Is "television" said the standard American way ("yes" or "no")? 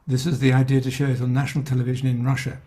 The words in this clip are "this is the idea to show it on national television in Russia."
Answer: yes